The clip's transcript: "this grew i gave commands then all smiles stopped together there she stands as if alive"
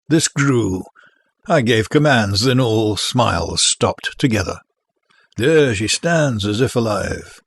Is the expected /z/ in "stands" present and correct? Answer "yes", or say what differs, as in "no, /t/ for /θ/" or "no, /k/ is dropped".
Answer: yes